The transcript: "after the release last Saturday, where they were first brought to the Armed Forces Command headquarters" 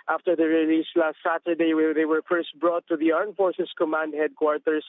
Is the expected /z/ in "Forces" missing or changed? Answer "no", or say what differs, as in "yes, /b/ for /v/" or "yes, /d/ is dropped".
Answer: yes, /s/ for /z/